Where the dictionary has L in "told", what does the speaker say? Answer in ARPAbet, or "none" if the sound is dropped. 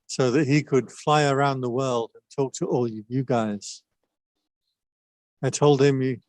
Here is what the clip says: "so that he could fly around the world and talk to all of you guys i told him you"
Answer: L